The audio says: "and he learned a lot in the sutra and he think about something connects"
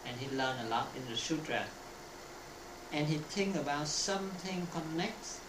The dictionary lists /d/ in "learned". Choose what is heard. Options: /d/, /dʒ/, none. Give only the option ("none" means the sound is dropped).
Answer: none